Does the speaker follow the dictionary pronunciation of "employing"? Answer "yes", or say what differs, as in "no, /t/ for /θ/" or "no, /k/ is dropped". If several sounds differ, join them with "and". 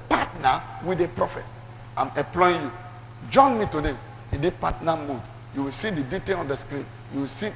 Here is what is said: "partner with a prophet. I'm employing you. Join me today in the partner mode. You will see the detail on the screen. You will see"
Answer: no, /m/ is dropped